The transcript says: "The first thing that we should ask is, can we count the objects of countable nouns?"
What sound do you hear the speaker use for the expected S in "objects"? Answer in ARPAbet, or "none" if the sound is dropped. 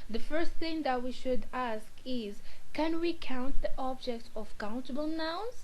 none